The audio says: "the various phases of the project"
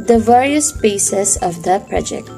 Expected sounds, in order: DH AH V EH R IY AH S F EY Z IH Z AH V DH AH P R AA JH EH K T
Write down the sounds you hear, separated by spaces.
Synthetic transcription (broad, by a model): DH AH V EH R IY AH S P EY S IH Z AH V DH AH P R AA JH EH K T